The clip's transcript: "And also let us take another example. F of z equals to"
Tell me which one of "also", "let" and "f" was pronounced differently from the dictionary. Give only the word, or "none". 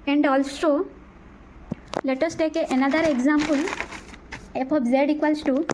f